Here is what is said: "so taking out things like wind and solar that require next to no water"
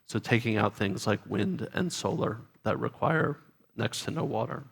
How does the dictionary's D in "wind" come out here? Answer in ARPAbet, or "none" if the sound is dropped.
D